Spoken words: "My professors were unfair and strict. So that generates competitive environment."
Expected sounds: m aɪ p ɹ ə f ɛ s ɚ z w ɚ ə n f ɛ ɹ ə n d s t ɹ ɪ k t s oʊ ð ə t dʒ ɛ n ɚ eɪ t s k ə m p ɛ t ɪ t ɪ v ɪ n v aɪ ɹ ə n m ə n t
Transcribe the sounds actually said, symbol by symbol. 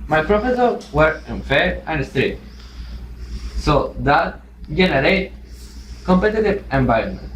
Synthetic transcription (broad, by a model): m aɪ p ɹ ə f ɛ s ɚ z w ɚ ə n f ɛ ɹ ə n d s t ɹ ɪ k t s oʊ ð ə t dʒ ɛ n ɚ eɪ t k ə m p ɛ t ɪ t ɪ v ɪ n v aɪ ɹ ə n m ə n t